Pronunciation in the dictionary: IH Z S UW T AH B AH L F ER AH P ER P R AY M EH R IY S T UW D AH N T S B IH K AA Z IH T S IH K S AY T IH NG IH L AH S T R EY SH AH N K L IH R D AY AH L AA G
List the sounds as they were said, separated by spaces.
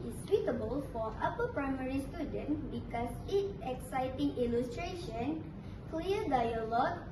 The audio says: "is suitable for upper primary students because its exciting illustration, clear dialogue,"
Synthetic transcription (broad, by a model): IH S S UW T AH B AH L F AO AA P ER P R AY M EH R IY S T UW D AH N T B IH K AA S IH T IH K S AY T IH NG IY L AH S T R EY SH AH N K L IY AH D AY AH L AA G